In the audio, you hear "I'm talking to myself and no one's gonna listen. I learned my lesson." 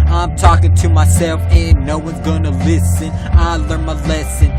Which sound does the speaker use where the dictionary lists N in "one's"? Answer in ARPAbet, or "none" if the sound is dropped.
N